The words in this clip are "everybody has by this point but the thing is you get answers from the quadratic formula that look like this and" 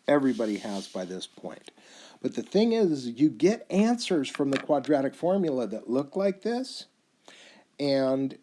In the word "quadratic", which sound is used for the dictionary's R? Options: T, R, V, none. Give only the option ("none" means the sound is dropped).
R